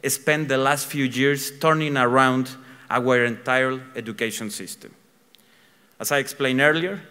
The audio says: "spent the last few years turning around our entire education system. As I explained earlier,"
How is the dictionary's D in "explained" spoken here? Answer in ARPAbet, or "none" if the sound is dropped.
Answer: none